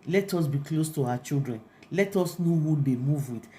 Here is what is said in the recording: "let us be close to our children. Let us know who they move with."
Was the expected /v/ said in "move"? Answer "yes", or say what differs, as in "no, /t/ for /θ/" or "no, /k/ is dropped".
yes